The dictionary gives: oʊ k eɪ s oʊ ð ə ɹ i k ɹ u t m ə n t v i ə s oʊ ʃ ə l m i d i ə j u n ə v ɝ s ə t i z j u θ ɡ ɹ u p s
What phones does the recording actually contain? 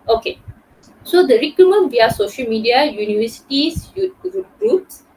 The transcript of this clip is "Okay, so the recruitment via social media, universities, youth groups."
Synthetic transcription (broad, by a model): oʊ k eɪ s oʊ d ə ɹ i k u m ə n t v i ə s oʊ ʃ ə l m i d i ə j u n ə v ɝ s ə t i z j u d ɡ ɹ u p s